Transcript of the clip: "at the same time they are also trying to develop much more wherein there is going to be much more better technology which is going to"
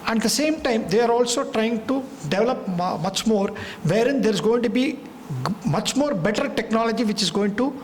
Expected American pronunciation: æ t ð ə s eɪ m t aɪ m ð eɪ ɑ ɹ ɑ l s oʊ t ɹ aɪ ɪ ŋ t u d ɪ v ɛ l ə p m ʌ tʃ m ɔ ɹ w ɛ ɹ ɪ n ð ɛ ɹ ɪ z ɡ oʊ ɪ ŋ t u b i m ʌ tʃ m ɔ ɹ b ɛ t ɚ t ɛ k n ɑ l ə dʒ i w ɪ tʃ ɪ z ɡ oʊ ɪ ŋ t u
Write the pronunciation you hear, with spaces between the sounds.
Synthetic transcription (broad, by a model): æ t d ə s eɪ m t aɪ m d eɪ ɑ ɹ ɑ l s oʊ t ɹ aɪ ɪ ŋ t u d ɪ v ɛ l ə p m ʌ tʃ m ɔ ɹ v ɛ ɹ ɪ n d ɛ ɹ ɪ z ɡ oʊ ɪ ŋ t u b i m ʌ tʃ m ɔ ɹ b ɛ t ɚ t ɛ k n ɑ l ə dʒ i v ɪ tʃ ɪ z ɡ oʊ ɪ ŋ t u